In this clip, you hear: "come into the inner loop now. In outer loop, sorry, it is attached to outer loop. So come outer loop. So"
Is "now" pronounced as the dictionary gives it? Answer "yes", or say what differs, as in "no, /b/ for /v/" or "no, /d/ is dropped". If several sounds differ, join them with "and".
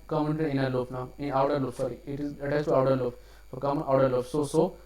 yes